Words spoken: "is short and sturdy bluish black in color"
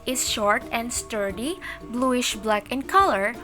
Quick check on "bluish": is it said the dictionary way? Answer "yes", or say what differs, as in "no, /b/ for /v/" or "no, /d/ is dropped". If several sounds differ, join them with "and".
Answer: yes